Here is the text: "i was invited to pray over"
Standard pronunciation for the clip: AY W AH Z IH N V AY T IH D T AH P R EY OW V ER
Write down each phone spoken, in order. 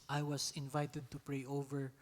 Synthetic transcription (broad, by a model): AY W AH S IH N V AY T IH D T AH P R EY OW V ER